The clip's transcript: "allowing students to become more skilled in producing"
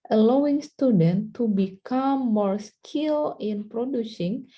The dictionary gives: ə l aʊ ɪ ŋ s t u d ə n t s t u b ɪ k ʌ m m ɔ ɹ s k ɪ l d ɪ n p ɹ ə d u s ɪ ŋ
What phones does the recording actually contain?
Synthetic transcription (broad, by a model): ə l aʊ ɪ ŋ s t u d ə n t t u b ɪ k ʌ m m ɔ ɹ s k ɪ l ɪ n p ɹ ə d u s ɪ ŋ